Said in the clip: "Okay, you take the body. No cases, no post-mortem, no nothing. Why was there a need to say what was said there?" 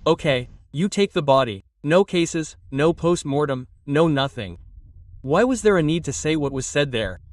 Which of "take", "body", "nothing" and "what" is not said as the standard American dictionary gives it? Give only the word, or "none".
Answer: none